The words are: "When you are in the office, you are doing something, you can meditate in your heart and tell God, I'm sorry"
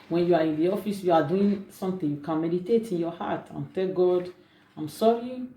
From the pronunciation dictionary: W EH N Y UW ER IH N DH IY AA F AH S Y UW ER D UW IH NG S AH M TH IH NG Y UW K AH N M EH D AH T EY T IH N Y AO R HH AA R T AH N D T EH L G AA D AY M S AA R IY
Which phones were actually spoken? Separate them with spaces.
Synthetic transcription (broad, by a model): W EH N Y UW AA IH N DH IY AA F AH S Y UW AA D UW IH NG S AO M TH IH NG Y UW K AH N M EH D AH T EY T IH N Y AO HH AA T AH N T EH L G AA D AY M S AA R IY